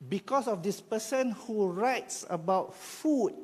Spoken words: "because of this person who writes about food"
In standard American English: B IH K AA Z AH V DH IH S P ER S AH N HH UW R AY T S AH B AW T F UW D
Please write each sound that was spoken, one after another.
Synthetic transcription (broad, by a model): B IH K AA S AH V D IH S P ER S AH N HH UW R AY T S AH B AW T F UW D